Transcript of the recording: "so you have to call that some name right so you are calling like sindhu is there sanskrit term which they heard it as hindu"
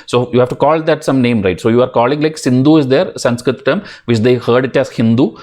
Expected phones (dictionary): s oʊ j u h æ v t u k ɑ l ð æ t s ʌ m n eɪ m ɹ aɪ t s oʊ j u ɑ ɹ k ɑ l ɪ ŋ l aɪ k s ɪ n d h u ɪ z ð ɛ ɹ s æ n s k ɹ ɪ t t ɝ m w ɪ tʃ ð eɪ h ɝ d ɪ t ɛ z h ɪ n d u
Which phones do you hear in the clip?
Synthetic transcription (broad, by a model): s oʊ j u h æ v t u k ɑ l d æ t s ʌ m n eɪ m ɹ aɪ t s oʊ j u ɑ ɹ k ɑ l ɪ ŋ l aɪ k s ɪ n d u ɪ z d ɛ ɹ s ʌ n s k ɹ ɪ t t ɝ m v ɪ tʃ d eɪ h ɝ d ɪ t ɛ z h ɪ n d u